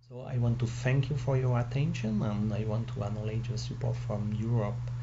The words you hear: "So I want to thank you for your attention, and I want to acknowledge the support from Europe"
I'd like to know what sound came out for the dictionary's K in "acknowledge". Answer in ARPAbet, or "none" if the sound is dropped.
none